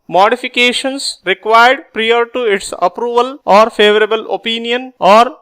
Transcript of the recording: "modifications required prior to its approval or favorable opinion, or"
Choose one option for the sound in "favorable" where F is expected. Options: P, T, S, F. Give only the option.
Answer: F